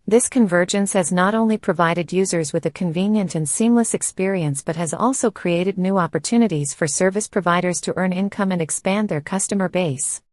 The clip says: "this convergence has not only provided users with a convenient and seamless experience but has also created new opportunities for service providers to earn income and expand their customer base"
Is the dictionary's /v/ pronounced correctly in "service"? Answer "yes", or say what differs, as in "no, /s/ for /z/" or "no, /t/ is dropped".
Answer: yes